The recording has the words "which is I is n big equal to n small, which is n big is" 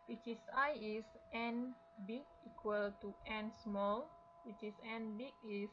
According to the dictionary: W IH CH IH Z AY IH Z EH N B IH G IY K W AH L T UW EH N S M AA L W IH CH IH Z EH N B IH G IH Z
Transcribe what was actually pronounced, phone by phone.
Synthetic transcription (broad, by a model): W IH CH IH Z AY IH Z EH N B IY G IY K W AH L T UW EH N S M AA L W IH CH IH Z EH N B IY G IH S